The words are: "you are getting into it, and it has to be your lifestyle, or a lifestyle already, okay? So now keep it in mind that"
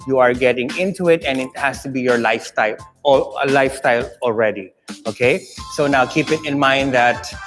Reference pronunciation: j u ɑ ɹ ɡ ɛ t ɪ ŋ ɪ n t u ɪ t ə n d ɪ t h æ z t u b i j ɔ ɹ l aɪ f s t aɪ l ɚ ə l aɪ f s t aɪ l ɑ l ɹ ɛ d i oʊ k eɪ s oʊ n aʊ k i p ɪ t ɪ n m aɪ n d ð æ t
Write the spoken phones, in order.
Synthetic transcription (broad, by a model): j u ɑ ɹ ɡ ɛ t ɪ ŋ ɪ n t u ɪ t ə n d ɪ t h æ s t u b i j ɔ ɹ l aɪ f s t aɪ l ə l aɪ f s t aɪ l ɑ l ɹ ɛ d i oʊ k eɪ s oʊ n aʊ k i p ɪ t ɪ n m aɪ n d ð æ t